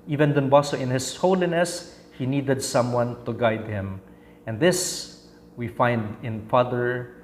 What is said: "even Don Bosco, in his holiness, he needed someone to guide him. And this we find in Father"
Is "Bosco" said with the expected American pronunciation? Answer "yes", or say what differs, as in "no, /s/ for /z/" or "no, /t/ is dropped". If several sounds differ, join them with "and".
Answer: no, /k/ is dropped